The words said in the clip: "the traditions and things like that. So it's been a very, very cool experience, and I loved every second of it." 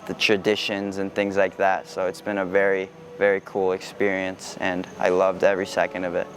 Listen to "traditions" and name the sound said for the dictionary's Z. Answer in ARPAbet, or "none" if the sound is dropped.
Z